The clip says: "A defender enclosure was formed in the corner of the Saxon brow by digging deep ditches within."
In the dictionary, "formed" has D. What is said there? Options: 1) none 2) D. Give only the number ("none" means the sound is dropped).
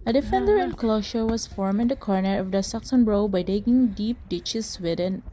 1